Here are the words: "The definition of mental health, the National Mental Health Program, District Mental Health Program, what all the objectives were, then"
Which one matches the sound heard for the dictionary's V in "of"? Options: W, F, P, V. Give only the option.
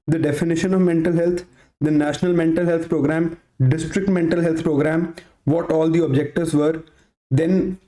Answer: V